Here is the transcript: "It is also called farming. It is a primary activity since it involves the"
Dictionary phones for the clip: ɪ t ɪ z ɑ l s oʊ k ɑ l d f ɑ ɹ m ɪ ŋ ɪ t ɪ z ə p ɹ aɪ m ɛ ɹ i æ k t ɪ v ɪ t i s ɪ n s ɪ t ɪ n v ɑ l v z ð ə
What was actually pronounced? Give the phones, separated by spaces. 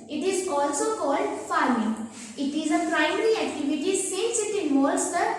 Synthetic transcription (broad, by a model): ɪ t ɪ z ɑ l s oʊ k ɑ l d f ɑ ɹ m ɪ ŋ ɪ t ɪ z ə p ɹ aɪ m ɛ ɹ i æ k t ɪ v ɪ t i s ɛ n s ɪ t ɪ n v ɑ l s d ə